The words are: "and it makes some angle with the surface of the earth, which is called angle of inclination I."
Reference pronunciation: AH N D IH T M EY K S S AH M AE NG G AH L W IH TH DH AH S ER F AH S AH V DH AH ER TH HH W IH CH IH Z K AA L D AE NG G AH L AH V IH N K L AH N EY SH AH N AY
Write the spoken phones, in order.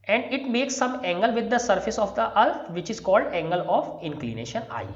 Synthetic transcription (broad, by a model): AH N D IH T M EY K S S AH M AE NG G AH L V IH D AH S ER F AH S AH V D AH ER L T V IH CH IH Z K AA L D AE NG G AH L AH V IH N K L AH N EY SH AH N AY